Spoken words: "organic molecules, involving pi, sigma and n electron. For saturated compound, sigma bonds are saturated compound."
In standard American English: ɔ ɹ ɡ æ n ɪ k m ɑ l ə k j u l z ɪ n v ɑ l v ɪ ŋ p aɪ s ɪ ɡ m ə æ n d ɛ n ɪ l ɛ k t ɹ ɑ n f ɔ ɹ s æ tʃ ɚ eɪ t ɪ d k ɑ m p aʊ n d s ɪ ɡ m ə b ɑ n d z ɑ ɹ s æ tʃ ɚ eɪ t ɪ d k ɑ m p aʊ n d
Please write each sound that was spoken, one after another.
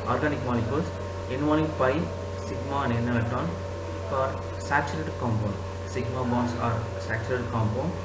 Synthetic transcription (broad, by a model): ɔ ɹ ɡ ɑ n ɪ k m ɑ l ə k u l s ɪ n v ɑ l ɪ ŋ p aɪ s ɪ ɡ m ə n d ɛ n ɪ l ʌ t ɑ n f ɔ ɹ s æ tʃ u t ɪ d k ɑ m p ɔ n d s ɪ ɡ m ə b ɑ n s ɑ ɹ s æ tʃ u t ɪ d k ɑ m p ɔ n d